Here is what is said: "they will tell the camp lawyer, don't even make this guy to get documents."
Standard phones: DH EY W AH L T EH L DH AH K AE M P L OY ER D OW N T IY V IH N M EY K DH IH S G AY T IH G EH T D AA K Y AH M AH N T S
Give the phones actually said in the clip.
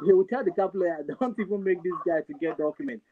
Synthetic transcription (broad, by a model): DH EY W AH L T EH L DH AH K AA P L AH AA D OW N T IY V IH N M EY K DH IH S G AY T IH G EH T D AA K Y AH M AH N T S